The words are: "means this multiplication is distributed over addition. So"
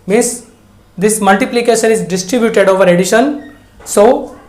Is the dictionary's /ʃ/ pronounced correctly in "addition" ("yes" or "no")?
yes